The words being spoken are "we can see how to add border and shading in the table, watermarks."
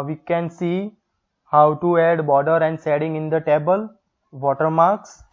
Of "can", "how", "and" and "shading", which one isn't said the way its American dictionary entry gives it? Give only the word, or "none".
shading